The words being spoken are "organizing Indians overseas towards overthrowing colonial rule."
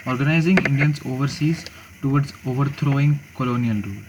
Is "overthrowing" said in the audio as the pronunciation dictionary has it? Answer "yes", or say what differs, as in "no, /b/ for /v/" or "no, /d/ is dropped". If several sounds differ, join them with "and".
no, /t/ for /θ/